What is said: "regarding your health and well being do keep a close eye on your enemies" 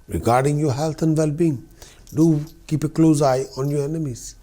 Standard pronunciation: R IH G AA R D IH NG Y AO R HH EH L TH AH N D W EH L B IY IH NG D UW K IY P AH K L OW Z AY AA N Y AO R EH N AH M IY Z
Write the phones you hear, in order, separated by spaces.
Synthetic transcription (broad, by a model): R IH G AA R D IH NG Y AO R HH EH L T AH N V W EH L B IY IH NG D UW K IY P AH K L OW Z AY AA N Y AO R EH N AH M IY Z